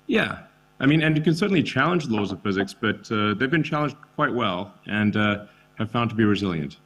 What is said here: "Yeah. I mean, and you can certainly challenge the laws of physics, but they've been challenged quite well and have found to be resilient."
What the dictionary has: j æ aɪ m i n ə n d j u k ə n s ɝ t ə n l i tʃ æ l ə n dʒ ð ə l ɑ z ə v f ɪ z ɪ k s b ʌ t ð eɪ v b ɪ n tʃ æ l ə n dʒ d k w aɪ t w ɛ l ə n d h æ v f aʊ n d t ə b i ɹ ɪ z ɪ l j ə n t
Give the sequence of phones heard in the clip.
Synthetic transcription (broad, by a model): j æ aɪ m i n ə n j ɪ k ə n s ɝ t n l i tʃ æ l ə n dʒ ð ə l ɑ z ə v f ɪ z ɪ k s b ʌ t ð eɪ v b ɪ n tʃ æ l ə n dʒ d k w aɪ t w ɛ l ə n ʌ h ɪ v f aʊ n t ə b i ɹ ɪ z ɪ l j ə n t